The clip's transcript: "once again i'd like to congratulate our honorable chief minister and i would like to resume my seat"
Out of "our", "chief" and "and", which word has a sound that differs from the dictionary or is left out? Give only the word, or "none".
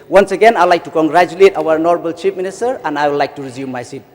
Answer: chief